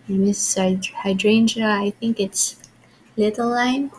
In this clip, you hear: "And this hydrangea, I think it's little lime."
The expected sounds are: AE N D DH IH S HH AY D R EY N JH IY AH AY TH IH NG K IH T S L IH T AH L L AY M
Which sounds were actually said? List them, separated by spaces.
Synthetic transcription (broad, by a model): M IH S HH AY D R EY N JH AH AY TH IH NG K IH T S L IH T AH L L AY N